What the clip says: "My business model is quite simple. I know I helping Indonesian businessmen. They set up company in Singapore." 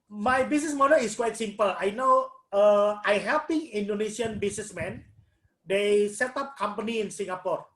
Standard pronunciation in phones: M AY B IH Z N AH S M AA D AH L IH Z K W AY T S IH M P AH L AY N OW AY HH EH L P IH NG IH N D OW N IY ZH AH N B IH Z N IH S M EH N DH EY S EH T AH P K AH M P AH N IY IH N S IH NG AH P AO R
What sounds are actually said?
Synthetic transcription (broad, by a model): M AY B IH S N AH S M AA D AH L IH S K W AY T S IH M P AH L AY N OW AY HH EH P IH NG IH N D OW N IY S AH N B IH S N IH S M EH N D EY S EH T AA P K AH M P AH N IY IH N S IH NG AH P AO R